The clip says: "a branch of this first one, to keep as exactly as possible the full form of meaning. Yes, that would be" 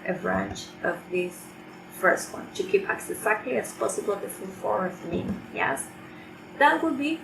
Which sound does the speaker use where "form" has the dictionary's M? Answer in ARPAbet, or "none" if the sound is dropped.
none